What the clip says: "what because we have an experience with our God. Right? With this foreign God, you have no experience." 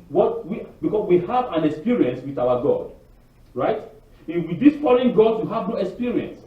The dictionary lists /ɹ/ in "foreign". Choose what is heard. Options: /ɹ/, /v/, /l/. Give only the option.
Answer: /l/